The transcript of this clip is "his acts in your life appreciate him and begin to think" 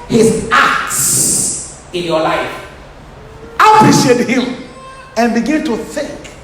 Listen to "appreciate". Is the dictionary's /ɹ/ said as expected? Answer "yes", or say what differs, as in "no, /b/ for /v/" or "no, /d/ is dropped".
no, /ɹ/ is dropped